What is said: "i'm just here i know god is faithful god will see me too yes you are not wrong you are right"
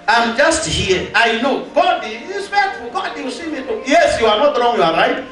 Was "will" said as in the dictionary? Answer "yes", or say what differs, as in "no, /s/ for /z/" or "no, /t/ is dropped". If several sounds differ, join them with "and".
no, /w/ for /l/